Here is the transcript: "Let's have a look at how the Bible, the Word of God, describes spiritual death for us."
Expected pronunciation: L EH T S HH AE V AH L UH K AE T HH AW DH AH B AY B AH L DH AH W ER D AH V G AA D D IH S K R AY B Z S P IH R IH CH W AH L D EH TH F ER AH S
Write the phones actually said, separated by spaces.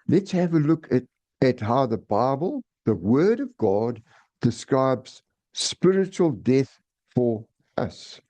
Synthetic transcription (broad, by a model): L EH T S HH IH V AH L UH K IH T HH AW DH AH B AY B AH L DH AH W ER D AH V G AA D D IH S K R AY B Z S P IH R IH CH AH L D EH TH F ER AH S